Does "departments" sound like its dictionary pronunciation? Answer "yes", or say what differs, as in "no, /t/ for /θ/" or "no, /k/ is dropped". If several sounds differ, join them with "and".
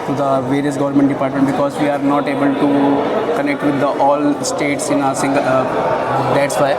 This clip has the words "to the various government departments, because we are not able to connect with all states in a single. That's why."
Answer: no, /s/ is dropped